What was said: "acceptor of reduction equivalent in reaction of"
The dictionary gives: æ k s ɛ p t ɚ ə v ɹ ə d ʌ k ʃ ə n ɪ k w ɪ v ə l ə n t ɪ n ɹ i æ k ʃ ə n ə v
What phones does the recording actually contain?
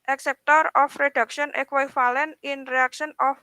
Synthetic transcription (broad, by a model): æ k s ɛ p t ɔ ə f ɹ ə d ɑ k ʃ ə n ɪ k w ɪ f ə l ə n ɪ n ɹ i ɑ k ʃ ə n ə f